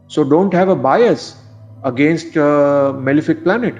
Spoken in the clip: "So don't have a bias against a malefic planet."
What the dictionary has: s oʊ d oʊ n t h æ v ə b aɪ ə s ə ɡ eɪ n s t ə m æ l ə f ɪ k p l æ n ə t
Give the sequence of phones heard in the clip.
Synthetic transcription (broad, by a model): s oʊ d oʊ n t h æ v ə b aɪ ə s ə ɡ eɪ n s t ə m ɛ l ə f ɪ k p l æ n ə t